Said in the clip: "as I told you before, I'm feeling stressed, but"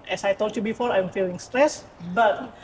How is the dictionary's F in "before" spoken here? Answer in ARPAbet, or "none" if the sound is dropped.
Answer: F